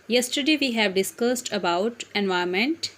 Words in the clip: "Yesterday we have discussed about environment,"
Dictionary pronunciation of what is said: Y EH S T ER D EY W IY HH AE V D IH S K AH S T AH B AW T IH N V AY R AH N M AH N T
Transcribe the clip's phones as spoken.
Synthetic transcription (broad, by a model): Y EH S T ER D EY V IY HH AE V D IH S K AH S T AH B AW T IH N V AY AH M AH N T